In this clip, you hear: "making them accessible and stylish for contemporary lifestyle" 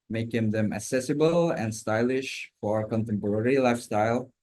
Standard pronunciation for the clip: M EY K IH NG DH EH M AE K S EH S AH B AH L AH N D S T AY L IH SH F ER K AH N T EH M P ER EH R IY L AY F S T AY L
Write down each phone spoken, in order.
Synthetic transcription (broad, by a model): M EY K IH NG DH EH M AE K S EH S AH B AH L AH N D S T AY L IH SH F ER K AH N T EH M P ER EH R IY L AY F S T AY L